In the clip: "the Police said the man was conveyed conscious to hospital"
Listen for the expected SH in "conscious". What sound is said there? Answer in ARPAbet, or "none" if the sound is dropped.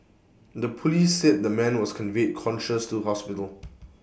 SH